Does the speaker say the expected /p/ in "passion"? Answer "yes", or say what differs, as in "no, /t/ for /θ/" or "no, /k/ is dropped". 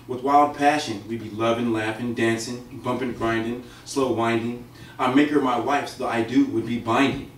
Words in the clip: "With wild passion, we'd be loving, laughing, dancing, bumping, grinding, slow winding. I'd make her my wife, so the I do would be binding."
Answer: yes